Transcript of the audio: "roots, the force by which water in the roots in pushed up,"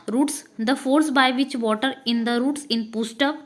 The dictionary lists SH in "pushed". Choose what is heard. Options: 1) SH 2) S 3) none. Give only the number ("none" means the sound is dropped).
2